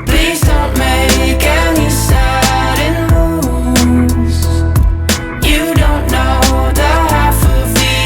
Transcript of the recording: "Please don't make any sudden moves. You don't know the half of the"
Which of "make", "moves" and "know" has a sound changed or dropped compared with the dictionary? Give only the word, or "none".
moves